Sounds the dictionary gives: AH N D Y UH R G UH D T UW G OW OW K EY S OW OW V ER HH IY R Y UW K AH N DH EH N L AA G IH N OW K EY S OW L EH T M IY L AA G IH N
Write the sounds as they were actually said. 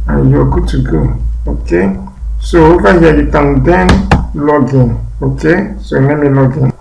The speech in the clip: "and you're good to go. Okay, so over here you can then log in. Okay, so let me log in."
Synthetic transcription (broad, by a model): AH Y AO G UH T UW G OW OW K EY S OW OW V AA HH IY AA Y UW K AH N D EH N L AA G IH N OW K EY S OW N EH M IY L AA G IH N